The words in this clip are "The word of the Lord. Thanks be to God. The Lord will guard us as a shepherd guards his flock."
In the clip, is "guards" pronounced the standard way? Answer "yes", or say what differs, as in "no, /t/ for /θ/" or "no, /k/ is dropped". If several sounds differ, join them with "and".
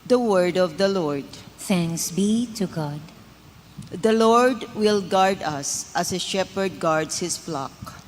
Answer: no, /s/ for /z/